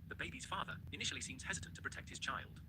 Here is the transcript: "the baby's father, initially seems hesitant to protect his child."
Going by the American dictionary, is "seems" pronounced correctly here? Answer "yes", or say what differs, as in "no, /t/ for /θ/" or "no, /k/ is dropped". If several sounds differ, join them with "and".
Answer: yes